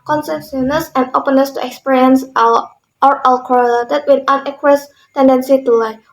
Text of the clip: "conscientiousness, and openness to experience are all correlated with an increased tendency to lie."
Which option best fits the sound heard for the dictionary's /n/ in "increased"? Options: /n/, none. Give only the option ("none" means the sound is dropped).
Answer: none